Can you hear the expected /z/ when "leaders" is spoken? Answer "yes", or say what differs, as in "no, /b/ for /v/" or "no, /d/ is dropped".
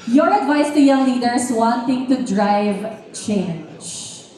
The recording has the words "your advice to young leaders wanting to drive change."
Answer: no, /s/ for /z/